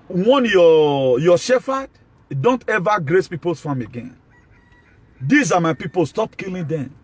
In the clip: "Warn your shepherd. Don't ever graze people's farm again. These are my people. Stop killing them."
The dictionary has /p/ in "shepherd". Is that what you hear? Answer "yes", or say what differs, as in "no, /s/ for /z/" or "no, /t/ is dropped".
no, /f/ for /p/